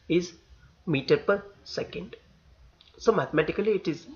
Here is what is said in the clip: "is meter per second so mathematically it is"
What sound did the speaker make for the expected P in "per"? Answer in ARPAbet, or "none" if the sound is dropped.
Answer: P